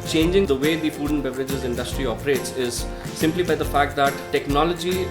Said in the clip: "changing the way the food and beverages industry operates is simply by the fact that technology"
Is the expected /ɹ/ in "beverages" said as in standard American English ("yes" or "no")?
yes